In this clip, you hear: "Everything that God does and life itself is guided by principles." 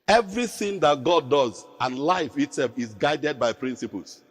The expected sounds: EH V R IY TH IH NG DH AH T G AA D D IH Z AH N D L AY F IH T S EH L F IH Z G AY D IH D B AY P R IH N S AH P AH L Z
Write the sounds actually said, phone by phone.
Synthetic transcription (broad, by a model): EH V R IY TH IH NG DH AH T G AA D D IH Z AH N L AY F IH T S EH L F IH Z G AY D IH D B AY P R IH N S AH P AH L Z